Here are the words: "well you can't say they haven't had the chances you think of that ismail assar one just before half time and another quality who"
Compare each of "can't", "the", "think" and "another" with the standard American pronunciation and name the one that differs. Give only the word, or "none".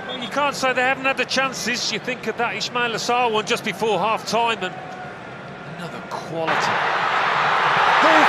none